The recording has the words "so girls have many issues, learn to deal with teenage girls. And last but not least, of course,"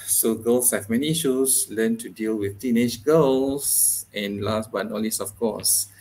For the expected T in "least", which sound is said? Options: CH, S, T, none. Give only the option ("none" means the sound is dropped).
none